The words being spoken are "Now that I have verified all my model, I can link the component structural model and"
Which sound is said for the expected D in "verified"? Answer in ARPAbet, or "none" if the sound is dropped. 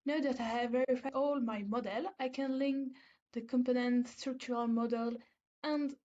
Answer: none